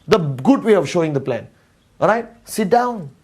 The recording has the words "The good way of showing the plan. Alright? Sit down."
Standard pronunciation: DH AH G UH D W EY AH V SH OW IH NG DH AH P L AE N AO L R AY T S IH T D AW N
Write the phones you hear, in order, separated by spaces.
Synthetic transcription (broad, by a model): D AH G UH D W EY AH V SH OW IH NG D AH P L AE N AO R AY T S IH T D AW N